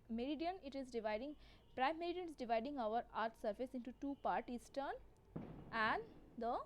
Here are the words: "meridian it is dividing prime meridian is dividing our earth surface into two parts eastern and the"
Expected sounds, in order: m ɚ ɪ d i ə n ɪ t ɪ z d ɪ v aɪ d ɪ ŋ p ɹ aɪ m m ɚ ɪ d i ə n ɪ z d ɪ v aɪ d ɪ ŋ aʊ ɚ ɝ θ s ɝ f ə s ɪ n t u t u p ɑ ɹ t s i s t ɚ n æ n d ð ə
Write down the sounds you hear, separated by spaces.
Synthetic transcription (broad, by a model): m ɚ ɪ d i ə n ɪ t ɪ z d ɪ v aɪ d ɪ ŋ p ɹ aɪ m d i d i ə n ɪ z d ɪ v aɪ d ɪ ŋ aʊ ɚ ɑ t s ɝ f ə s ɪ n t u t u p ɑ ɹ t i s t ɚ n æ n d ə